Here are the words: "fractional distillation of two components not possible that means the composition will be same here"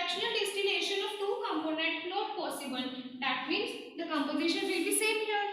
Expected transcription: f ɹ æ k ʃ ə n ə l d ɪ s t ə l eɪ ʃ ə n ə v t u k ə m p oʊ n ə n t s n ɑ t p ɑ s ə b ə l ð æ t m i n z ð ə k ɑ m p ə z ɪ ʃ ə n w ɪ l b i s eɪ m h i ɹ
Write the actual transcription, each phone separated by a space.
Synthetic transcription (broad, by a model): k ʃ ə n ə l d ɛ s t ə n eɪ ʃ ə n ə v t u k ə m p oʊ n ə n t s n ɑ t p ɑ s ə b ə l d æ t m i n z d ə k ɑ m p ə z ɪ ʃ ə n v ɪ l b i s eɪ m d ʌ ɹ